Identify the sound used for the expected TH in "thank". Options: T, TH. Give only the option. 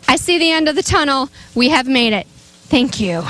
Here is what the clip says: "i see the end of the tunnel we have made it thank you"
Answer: TH